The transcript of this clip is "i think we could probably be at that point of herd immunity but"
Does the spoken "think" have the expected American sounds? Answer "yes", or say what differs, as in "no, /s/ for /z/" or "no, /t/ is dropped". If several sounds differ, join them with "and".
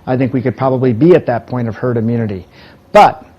yes